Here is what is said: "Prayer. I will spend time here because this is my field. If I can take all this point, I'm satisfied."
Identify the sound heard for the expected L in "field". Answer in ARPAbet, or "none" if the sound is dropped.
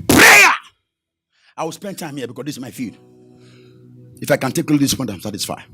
none